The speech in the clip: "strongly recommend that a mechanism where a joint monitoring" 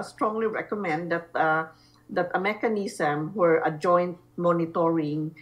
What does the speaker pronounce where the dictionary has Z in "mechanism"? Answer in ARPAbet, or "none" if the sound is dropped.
S